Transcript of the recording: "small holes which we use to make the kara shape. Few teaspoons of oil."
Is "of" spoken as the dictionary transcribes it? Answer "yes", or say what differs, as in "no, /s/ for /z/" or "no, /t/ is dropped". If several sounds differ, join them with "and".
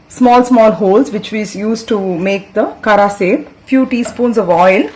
yes